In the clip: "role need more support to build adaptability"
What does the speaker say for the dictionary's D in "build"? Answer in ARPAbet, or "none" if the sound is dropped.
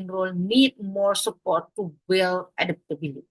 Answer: none